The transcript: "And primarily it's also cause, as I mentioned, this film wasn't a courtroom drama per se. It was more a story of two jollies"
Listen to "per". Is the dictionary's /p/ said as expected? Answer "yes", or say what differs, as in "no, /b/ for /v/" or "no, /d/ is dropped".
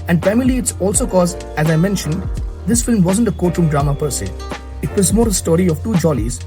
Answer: yes